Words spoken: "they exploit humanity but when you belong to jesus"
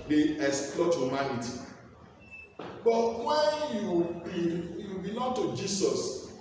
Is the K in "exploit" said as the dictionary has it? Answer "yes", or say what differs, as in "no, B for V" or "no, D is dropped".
no, K is dropped